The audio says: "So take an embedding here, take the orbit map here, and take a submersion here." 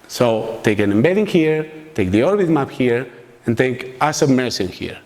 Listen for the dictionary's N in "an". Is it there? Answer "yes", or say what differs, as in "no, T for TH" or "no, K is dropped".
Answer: yes